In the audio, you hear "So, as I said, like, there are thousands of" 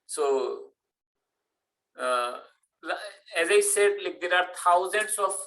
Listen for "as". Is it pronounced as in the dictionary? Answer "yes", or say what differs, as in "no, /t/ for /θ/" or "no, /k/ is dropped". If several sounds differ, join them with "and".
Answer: yes